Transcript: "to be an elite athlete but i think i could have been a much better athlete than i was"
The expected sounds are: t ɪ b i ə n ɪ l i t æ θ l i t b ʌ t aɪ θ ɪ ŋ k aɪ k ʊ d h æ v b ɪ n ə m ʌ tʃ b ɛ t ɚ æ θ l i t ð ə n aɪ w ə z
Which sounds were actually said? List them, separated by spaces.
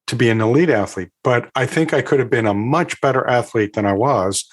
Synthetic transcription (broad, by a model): t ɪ b i ə n ɪ l i t æ θ l i t b ʌ t aɪ θ ɪ ŋ k aɪ k ʊ d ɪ v b ɪ n ə m ʌ tʃ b ɛ t ɚ æ θ l i t ð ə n aɪ w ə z